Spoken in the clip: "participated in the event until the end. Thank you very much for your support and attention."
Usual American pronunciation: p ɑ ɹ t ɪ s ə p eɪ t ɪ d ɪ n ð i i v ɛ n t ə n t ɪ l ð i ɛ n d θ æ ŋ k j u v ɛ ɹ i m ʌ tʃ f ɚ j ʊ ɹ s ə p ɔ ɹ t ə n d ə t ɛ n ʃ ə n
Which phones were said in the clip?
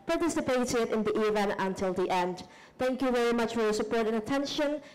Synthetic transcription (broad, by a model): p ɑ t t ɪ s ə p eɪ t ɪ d ɪ n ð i i v ɛ n t ə n t ɪ l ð i ɛ n d θ æ ŋ k j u v ɛ ɹ i m ʌ tʃ f ɚ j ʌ s ə p ɔ ɹ t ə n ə t ɛ n ʃ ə n